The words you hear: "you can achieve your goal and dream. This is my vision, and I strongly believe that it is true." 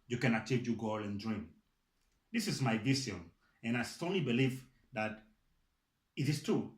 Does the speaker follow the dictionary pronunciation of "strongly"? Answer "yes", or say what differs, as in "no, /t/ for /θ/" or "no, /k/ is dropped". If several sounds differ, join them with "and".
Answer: no, /ɹ/ is dropped